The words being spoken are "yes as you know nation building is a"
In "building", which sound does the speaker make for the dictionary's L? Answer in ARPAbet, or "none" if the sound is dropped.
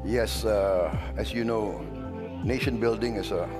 L